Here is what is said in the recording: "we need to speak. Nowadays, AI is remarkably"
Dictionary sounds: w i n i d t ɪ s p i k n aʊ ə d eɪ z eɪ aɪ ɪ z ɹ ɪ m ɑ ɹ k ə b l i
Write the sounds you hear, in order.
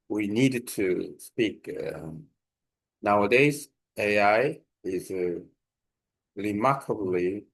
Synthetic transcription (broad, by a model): w i n i d t ɪ s p i k n aʊ ə d eɪ z eɪ aɪ ɪ z ɹ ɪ m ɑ ɹ k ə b l i